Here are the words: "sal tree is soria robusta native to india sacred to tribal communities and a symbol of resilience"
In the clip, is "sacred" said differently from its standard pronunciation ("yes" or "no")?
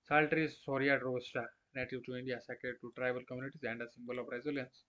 yes